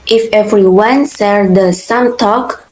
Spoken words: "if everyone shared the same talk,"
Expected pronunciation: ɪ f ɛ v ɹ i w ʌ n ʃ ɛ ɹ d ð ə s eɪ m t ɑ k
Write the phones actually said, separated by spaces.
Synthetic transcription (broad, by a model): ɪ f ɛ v ɹ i w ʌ n s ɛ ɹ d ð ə s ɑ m t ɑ k